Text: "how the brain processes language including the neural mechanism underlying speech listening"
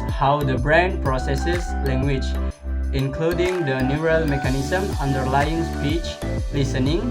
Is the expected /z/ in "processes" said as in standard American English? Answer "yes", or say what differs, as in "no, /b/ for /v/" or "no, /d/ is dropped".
no, /s/ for /z/